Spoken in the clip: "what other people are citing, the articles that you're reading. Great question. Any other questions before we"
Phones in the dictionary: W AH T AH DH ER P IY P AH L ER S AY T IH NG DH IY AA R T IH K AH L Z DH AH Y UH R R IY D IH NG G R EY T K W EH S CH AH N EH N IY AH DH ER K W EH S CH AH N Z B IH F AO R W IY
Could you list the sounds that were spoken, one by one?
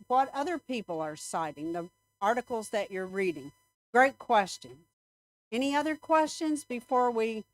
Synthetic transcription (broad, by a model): W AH T AH DH ER P IY P L ER S AY T IH NG DH IY AA R T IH K L Z DH AH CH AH R R IY D IH NG G R EY T K W EH S CH AH N EH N IY AH DH ER K W EH S CH AH N Z B IH F AO R W IY